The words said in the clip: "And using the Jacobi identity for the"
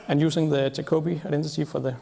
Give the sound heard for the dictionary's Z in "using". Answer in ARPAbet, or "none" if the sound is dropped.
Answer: S